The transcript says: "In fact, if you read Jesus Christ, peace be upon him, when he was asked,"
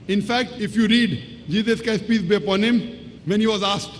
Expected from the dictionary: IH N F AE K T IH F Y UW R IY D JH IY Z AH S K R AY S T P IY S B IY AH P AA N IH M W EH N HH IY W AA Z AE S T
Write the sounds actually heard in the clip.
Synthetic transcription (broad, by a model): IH N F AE K T IH F Y UW R IY D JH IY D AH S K AY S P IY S B IY AH P AA N IH M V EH N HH IY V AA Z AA S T